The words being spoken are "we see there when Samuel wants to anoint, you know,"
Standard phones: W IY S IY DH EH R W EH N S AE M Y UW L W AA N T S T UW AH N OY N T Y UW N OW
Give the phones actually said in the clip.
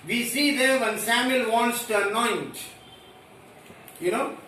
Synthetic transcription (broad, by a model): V IY S IY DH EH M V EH N S AE M Y UW L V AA N T S T UW AH N OY N T Y UW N OW